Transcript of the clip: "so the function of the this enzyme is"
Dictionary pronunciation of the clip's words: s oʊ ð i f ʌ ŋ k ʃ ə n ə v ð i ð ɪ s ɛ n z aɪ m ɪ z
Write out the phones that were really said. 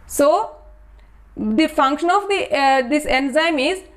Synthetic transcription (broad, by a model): s oʊ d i f ʌ ŋ k ʃ ə n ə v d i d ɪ s ɛ n z aɪ m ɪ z